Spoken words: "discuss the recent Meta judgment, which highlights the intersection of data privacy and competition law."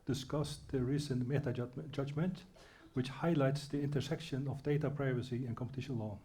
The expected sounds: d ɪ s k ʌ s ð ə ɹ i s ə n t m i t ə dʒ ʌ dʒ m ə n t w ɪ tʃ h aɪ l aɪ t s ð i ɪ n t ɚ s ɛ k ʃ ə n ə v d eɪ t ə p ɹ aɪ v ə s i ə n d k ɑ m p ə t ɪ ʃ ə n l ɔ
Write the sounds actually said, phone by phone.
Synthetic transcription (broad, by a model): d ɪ s k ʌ s ð ə ɹ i s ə n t m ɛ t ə dʒ ʌ dʒ m ə n t w ɪ tʃ h aɪ l aɪ t s ð i ɪ n t ɚ s ɛ k ʃ ə n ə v d eɪ t ə p ɹ aɪ v ə s i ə n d k ɑ m p ə t ɪ ʃ ə n l ɔ